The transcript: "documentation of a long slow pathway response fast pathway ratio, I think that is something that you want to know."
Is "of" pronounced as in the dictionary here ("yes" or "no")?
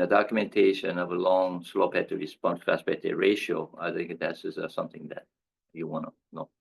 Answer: yes